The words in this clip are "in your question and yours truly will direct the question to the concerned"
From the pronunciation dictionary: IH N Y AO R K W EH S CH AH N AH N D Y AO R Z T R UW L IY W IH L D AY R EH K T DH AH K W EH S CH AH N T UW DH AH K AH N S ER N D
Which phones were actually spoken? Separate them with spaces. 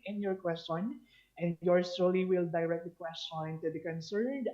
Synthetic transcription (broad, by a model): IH N Y AO R K W EH S CH AH N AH N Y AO R S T AO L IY W IH L D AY R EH K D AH K W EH S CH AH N T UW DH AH K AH N S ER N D